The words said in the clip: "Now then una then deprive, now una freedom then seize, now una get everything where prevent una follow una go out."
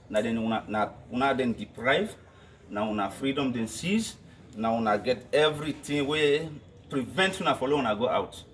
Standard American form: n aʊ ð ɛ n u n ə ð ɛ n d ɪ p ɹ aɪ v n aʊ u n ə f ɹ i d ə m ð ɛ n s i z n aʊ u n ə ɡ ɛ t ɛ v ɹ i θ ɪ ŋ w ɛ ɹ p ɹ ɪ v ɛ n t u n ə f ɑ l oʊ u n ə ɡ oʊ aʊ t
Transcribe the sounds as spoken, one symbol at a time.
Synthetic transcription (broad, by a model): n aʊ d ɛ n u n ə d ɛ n d ɪ p ɹ aɪ v n aʊ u n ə f ɹ i d ə m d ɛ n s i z n aʊ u n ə ɡ ɛ t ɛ v ɹ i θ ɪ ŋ w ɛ p ɹ ɪ v ɛ n t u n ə f ɑ l oʊ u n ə ɡ oʊ aʊ t